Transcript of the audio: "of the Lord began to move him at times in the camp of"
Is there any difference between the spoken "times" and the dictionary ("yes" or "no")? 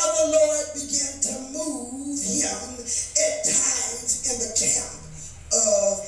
no